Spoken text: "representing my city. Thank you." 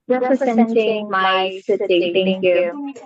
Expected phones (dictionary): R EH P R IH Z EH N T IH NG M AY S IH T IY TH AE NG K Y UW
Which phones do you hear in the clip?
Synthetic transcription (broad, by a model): R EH P R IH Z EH N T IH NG M AY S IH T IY T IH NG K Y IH